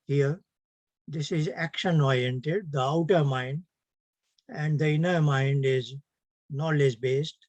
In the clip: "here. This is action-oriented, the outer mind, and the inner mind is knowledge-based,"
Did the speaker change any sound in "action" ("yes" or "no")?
no